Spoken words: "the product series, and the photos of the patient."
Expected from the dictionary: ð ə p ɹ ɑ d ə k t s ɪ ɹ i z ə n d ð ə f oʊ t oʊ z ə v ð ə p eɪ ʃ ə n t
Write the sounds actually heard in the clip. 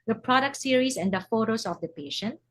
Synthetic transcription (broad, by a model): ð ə p ɹ ɑ d ə k t s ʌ ɹ i s ə n d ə f oʊ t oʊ s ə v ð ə p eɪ ʃ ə n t